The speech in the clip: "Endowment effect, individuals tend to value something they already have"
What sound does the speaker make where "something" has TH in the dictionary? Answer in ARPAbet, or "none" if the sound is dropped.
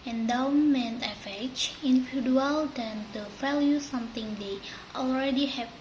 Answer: T